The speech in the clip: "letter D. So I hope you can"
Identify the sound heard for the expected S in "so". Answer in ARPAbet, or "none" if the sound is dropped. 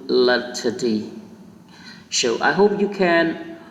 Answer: SH